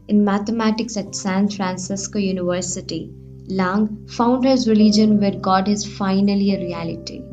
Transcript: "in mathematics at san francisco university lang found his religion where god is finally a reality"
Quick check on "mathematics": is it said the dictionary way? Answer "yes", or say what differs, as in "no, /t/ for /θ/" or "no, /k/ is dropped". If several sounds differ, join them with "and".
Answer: no, /t/ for /θ/